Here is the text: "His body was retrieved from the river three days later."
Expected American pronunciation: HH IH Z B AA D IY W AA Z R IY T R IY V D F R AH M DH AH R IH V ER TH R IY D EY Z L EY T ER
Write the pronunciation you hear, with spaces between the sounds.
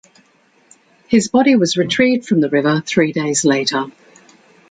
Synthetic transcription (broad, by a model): HH IH Z B AA D IY W AA Z R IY T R IY D F R AH M DH AH R IH V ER TH R IY D EY Z L EY T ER